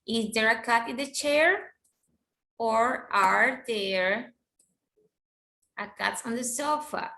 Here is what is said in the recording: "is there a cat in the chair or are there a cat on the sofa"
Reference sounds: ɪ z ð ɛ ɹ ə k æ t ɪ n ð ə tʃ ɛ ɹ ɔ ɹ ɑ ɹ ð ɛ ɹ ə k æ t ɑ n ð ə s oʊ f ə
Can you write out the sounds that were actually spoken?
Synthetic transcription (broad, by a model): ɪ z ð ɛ ɹ ə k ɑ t ɪ n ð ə tʃ ɛ ɹ ɔ ɹ ɑ ɹ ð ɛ ɹ ə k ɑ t ɑ n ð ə s oʊ f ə